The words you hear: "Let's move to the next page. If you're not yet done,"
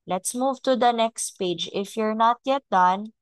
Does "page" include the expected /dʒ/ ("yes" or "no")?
yes